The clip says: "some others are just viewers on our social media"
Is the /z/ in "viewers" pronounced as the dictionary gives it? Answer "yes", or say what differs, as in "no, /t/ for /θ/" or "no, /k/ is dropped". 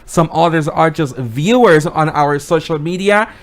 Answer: yes